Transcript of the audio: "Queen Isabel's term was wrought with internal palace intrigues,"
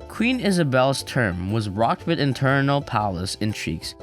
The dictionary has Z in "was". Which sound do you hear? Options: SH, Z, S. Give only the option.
Z